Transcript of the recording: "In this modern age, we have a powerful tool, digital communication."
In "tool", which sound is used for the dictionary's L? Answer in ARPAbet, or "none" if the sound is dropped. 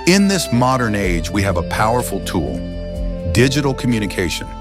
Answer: L